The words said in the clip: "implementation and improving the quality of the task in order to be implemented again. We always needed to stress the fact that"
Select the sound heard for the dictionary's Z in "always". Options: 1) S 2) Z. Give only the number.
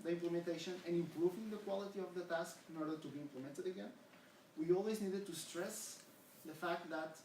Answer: 2